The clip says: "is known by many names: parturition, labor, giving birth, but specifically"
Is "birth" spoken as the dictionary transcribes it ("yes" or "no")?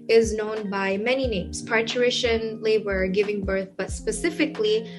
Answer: yes